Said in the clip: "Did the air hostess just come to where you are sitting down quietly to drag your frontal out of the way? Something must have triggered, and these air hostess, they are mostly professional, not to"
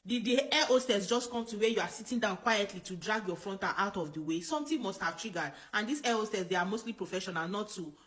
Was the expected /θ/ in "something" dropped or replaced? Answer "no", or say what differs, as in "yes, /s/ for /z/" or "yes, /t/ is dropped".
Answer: yes, /t/ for /θ/